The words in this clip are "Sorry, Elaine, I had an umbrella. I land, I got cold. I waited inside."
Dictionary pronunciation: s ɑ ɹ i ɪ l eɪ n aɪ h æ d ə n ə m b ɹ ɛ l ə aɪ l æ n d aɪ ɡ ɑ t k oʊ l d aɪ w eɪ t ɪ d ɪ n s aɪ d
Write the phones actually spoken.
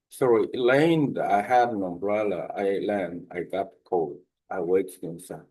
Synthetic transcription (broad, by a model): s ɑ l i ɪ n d aɪ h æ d ə n ə m b ɹ ɛ l ə aɪ l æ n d aɪ ɡ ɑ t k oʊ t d aɪ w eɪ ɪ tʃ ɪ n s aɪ